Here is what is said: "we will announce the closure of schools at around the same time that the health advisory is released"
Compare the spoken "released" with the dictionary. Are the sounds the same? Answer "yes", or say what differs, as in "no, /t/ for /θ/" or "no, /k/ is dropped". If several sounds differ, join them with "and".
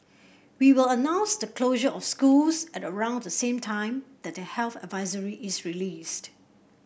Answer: yes